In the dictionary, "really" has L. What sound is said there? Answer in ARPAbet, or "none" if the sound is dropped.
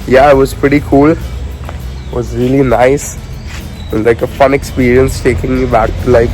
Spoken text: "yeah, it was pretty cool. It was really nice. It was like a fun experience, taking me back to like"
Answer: L